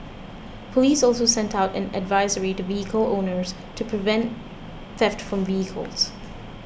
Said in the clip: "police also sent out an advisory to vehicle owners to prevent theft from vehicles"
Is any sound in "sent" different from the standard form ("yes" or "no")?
no